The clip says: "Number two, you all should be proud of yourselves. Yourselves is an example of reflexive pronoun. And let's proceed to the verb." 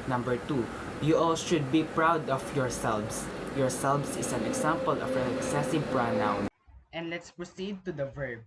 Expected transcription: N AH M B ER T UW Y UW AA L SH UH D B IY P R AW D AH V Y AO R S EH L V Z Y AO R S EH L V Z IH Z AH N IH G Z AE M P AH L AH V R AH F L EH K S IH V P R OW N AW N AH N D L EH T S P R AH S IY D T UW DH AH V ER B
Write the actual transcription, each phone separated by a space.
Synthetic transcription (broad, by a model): N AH M B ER T UW Y UW AA L SH UH D B IY P R AW D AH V Y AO R S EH L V S Y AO R S EH L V S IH S AH N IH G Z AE M P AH L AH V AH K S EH S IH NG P R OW N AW N AH N D L EH T S P R AH S IY D T UW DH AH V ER B